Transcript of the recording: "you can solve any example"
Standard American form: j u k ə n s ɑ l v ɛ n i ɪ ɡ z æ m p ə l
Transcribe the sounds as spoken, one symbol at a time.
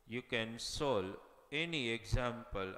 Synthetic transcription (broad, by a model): j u k ə n s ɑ l ɛ n i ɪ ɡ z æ m p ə l